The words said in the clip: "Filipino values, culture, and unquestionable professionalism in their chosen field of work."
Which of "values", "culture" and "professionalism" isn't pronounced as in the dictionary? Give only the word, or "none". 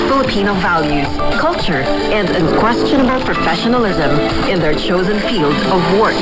none